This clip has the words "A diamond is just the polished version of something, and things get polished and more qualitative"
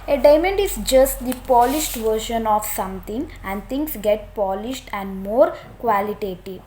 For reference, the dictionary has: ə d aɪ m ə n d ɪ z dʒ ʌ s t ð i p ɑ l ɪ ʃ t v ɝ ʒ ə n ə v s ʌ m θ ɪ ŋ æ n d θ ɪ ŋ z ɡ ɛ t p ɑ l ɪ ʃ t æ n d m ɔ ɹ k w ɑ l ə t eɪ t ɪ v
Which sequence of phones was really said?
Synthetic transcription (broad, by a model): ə d aɪ m ə n d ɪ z dʒ ʌ s t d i p ɑ l ɪ ʃ t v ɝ ʃ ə n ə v s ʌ m t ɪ ŋ æ n d t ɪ ŋ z ɡ ɛ t p ɑ l ɪ ʃ t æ n d m ɔ ɹ k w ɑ l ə t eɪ t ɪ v